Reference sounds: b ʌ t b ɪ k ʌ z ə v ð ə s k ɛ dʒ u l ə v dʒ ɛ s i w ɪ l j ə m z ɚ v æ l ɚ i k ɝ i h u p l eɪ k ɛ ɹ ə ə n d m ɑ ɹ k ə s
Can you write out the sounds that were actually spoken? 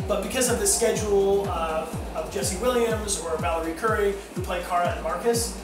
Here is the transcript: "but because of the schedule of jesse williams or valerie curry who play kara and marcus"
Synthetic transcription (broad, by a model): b ʌ t b ɪ k ʌ z ə v ð ə s k ɛ dʒ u l ə v dʒ ɛ s i w ɪ l j ə m z ɚ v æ l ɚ i k ɝ i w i p l eɪ k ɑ ɹ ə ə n m ɑ ɹ k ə s